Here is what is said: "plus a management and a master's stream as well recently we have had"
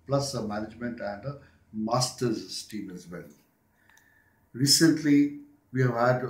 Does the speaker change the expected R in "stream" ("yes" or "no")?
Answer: yes